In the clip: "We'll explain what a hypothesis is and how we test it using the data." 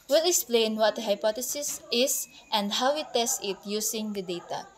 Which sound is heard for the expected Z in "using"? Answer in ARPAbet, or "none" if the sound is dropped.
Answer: S